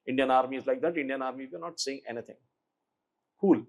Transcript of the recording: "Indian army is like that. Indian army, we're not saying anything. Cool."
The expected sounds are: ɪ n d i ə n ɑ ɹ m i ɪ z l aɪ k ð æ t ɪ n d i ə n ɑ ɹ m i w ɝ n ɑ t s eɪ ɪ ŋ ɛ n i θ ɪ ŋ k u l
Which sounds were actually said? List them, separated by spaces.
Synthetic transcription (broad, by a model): ɪ n d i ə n ɑ ɹ m i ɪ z l aɪ k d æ t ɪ n d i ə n ɑ ɹ m i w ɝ n ɑ t s eɪ ɪ ŋ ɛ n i t ɪ ŋ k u l